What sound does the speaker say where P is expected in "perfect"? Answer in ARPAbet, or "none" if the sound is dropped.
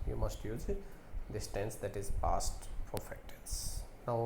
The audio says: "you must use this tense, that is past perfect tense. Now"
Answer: F